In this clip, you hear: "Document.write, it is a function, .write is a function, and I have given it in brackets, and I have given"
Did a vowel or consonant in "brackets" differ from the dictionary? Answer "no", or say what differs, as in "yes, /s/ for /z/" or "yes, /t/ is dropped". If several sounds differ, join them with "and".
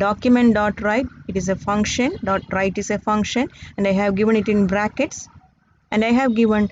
no